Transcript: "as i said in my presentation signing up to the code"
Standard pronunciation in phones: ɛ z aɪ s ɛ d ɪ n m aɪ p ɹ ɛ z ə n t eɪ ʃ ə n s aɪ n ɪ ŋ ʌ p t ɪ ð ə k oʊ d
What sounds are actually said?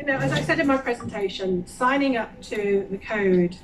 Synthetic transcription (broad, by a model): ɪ z aɪ s ɛ d ɪ n m aɪ p ɹ ɛ z ə n t eɪ ʃ ə n s aɪ n ɪ ŋ ʌ p t ɪ ð ə k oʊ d